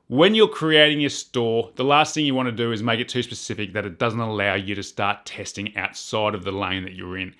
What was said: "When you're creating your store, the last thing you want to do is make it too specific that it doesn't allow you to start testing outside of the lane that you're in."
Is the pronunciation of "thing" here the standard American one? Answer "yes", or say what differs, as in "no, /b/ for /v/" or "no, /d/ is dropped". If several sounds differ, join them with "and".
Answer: yes